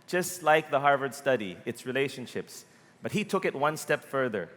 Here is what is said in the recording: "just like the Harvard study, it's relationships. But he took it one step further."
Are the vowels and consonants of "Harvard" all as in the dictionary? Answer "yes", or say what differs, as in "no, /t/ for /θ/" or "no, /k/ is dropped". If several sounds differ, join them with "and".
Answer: yes